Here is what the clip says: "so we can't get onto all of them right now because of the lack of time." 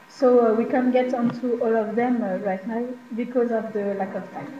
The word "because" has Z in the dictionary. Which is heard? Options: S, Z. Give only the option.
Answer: Z